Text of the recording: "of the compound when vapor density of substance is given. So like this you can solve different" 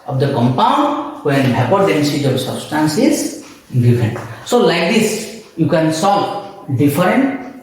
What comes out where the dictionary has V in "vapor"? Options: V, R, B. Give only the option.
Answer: B